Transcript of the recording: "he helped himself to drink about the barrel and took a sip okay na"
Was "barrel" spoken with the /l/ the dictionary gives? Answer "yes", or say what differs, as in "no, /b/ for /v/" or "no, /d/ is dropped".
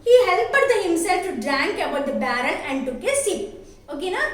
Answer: no, /n/ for /l/